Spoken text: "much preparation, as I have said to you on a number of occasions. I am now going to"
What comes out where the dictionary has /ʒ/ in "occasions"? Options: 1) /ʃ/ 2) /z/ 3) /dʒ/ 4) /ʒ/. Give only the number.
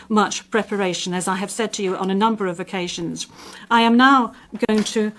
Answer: 4